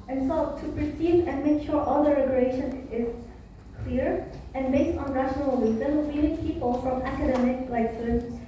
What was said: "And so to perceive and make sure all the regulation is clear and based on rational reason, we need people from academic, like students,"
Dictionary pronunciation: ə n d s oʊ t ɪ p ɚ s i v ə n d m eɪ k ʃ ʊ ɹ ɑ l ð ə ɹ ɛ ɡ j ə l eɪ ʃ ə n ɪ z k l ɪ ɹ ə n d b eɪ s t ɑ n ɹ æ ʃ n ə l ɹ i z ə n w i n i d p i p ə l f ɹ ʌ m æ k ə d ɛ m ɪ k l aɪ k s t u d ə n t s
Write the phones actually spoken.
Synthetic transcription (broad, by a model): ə n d s oʊ t ɪ p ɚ s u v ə n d m eɪ k ʃ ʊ ɹ ɑ l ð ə ɹ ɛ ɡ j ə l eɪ ʃ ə n ɪ z k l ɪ ɹ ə n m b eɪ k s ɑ n ɹ æ ʃ n ə l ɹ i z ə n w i l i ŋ p i p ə l f ɹ ʌ m æ k ə d ɛ m ɪ k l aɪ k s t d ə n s